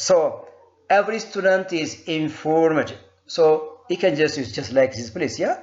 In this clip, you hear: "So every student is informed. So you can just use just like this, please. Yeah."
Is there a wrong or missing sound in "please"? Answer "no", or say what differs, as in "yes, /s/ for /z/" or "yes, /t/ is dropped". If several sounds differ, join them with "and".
yes, /s/ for /z/